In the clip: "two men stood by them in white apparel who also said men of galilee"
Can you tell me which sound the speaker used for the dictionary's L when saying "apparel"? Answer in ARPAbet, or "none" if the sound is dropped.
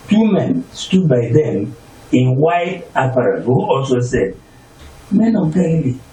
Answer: N